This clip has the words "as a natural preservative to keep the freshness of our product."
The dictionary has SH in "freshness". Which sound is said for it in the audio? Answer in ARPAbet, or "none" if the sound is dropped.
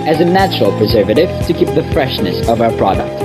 SH